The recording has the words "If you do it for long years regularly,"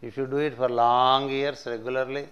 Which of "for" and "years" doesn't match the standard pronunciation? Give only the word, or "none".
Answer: years